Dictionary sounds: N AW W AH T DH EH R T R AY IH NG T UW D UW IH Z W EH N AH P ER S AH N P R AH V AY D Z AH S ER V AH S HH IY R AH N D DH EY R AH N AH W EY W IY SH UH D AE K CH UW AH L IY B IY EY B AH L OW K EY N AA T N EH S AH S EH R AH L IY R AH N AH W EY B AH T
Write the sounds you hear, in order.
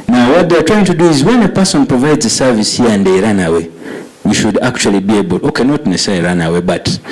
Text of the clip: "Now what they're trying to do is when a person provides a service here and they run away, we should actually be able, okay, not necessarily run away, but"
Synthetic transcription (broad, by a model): N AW W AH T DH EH T R AY IH NG T UW D UW IH Z W EH N AH P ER S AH N P R AH V AY D Z AH S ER V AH S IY AH N D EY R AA N AH W EY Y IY SH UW D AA K CH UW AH L IY B IY EY B AH L OW K EY N AA T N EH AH S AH IY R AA N AH W EY B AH T